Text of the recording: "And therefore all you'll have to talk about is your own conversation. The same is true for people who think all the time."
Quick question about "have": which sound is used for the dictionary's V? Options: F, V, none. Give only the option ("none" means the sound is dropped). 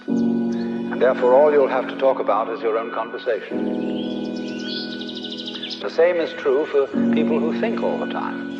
F